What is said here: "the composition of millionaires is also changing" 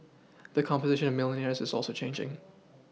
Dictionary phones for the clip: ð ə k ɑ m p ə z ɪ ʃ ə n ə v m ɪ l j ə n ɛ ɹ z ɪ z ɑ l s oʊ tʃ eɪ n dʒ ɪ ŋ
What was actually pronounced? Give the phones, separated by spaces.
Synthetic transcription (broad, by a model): ð ə k ɑ m p ə z ɪ ʃ ə n ə v m ɪ l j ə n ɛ ɹ z ɪ z ɑ l s oʊ tʃ eɪ n dʒ ɪ ŋ